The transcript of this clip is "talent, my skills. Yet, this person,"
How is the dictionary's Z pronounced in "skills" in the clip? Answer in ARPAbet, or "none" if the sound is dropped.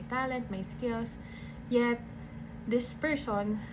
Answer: S